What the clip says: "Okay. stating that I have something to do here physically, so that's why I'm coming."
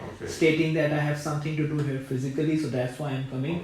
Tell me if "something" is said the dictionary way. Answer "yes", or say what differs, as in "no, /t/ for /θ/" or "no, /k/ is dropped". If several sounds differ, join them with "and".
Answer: no, /t/ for /θ/